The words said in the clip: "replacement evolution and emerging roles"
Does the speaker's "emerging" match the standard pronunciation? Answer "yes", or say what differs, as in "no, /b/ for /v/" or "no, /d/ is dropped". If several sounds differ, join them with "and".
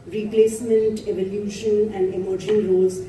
no, /ʃ/ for /dʒ/